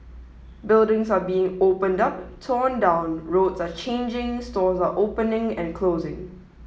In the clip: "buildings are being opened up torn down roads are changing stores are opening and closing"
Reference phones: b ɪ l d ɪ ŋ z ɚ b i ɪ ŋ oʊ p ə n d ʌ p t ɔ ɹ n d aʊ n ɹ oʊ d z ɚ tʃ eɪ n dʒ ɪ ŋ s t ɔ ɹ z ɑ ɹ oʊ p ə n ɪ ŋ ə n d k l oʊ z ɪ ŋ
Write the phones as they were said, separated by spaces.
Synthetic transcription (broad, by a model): b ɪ l d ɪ ŋ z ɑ b i ɪ ŋ oʊ p ə n d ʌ p t ɔ n d aʊ n ɹ oʊ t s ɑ tʃ eɪ n dʒ ɪ ŋ s t ɔ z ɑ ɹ oʊ p ə n ɪ ŋ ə n k l oʊ z ɪ ŋ